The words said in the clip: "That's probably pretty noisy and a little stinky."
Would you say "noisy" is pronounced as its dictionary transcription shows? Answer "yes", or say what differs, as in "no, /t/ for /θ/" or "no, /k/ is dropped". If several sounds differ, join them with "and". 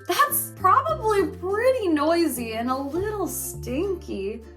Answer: yes